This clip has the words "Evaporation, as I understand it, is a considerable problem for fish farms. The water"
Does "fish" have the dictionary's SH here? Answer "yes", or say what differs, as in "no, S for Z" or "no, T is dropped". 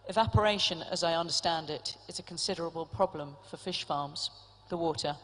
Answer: yes